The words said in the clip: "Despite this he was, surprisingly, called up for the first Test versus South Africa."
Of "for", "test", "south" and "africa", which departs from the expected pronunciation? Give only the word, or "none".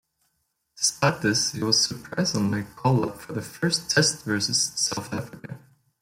none